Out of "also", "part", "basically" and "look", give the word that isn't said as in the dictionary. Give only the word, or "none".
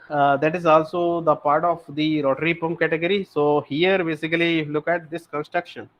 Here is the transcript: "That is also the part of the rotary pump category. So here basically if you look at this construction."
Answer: basically